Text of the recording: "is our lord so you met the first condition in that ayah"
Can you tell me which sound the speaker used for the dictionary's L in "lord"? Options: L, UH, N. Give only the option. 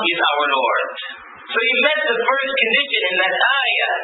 N